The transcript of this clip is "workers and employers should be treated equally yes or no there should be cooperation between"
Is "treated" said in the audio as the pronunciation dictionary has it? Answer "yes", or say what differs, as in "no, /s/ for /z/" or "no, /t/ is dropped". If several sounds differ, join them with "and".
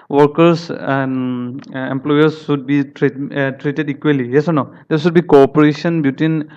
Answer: yes